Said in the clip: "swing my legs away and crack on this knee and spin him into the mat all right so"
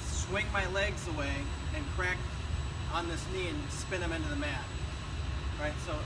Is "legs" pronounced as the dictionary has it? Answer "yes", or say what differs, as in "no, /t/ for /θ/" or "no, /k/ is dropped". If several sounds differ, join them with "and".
yes